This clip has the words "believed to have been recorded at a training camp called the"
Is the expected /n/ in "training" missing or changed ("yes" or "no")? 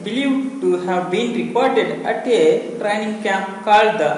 no